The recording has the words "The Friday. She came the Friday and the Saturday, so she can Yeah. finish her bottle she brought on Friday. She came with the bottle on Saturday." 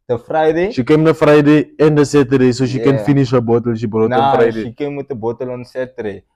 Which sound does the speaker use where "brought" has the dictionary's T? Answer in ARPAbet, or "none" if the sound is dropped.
none